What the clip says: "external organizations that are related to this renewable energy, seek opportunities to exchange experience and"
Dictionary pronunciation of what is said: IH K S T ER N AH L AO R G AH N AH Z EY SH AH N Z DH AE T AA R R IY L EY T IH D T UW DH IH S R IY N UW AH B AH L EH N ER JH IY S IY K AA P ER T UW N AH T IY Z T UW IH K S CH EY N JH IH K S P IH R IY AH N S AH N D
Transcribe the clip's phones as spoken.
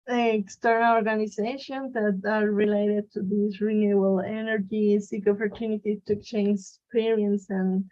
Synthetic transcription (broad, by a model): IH K S T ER N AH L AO R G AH N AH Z EY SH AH N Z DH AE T AA R R IY L EY T IH D T UW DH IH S R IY N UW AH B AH L EH N ER JH IY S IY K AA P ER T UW N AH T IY T UW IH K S CH EY N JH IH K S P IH R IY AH N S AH N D